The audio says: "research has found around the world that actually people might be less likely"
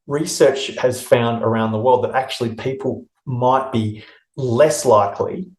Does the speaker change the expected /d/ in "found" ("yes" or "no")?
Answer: no